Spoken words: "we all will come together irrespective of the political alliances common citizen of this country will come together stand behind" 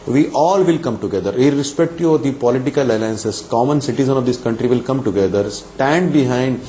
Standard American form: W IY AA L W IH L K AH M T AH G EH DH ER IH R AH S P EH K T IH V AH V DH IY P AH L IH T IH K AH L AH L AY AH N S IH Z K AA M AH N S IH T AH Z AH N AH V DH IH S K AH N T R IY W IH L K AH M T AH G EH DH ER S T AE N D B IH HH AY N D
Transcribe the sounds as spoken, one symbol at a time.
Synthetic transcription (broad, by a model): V IY AA L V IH L K AH M T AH G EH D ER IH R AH S P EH K T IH AH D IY P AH L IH T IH K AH L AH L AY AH N S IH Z K AA M AH N S IH T AH Z AH N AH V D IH S K AH N T R IY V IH L K AH M T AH G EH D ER S T AE N D B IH HH AY N D